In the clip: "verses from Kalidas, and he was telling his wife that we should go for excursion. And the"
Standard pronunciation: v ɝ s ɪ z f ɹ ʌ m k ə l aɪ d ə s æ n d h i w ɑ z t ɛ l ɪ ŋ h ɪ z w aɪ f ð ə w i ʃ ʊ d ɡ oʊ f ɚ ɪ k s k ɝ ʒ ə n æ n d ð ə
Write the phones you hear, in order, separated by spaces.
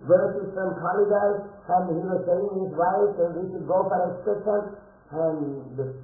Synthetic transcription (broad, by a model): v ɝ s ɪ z f ɹ ʌ m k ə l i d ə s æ n d h i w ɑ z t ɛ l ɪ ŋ h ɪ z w aɪ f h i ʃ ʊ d ɡ oʊ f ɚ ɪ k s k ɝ ʃ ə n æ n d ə